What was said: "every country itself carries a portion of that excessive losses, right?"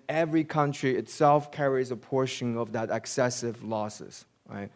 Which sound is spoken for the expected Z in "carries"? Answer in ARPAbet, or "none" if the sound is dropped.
Z